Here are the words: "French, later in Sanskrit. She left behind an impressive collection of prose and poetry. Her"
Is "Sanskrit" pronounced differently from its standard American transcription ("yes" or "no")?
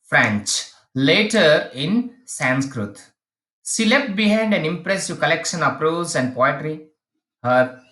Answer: no